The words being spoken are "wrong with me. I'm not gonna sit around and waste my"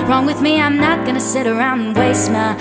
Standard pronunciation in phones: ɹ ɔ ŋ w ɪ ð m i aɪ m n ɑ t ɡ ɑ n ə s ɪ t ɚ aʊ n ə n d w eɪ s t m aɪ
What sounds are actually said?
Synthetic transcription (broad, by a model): ɹ ɔ ŋ w ɪ ð m i aɪ m n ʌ t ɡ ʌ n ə s ɪ t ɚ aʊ ə n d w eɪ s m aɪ